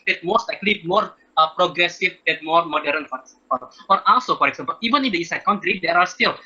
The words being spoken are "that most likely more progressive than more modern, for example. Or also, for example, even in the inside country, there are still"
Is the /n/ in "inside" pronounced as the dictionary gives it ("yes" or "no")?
no